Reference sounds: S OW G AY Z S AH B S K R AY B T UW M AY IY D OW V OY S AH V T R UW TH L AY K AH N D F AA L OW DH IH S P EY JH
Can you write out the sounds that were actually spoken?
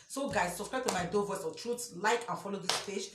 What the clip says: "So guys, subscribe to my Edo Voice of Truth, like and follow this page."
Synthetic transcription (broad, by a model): S OW G AY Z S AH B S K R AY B T UW M AY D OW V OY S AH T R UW S L AY K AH F AA L OW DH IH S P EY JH